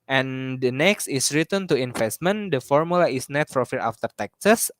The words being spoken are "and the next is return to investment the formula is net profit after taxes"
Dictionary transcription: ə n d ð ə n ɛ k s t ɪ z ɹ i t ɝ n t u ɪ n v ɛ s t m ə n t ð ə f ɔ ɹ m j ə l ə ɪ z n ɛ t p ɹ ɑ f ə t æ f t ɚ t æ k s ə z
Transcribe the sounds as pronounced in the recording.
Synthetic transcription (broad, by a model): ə n d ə n ɛ k s t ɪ s ɹ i t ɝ n t u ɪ n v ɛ s t m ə n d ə f ɔ ɹ m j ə l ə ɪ s n ɛ t f ɹ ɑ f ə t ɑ f t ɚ t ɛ k s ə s